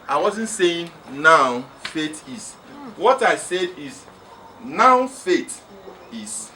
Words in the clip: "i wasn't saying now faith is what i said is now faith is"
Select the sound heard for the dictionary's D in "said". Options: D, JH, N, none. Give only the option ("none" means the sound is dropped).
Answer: D